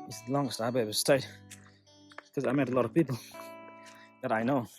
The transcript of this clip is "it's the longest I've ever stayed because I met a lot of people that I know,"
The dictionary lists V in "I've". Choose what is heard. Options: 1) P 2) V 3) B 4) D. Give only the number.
3